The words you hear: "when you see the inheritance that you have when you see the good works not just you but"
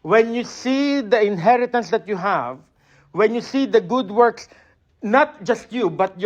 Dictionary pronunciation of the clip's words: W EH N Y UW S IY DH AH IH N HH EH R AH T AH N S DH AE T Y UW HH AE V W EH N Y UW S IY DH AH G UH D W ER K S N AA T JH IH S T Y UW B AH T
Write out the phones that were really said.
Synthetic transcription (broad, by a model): W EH N Y UW S IY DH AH IH N HH EH R AH T AH N S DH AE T Y UW HH AE V W EH N Y UW S IY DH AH G UH D W ER K S N AA T JH IH S T Y UW B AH T